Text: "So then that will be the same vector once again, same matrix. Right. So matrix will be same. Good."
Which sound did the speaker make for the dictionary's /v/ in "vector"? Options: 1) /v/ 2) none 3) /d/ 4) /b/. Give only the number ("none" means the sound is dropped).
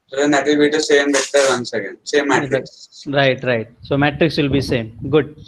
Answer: 4